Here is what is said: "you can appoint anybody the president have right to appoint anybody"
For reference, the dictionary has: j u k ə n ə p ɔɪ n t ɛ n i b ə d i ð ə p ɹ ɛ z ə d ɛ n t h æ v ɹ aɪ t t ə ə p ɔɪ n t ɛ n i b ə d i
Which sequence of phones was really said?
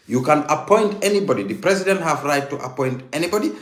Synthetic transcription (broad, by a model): j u k ə n ə p ɔɪ n t ɛ n i b ə d i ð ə p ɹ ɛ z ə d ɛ n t h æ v ɹ aɪ t t ə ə p ɔɪ n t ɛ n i b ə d i